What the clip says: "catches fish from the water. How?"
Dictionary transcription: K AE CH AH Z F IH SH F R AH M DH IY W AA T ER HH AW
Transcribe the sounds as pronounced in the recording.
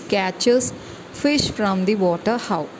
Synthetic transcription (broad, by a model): K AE CH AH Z F IH SH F R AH M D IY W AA T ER HH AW